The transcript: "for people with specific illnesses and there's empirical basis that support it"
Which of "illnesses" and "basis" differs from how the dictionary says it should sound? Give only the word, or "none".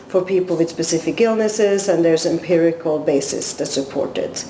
none